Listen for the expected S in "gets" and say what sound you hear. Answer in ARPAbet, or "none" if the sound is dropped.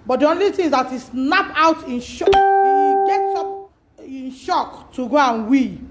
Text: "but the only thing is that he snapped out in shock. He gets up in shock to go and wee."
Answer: none